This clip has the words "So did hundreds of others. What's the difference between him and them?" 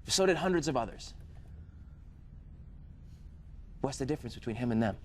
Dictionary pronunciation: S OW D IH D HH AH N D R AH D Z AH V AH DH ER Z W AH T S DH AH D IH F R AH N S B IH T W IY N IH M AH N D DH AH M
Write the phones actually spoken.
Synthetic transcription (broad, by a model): S OW D IH D HH AH N D R AH D Z AH V AH DH ER Z W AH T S DH AH D IH F R AH N S B IH T W IY N IH M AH N DH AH M